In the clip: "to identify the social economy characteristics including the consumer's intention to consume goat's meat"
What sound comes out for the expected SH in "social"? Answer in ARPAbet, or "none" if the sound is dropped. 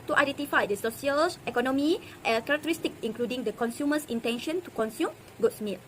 S